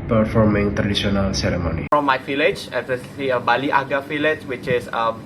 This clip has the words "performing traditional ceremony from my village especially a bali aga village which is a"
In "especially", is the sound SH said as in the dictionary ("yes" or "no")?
no